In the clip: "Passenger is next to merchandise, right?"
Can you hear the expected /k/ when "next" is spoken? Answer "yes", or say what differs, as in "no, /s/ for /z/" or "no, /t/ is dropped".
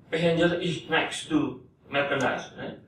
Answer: yes